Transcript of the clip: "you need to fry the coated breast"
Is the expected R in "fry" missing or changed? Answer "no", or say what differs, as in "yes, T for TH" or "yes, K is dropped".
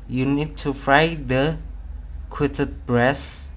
no